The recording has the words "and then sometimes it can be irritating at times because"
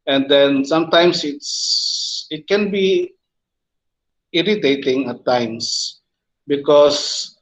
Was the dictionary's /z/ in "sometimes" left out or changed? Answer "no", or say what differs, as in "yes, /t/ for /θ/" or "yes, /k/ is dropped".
yes, /s/ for /z/